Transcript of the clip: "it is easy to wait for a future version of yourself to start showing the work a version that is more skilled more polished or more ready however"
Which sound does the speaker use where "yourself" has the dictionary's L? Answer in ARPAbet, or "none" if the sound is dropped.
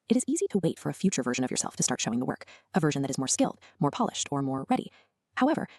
L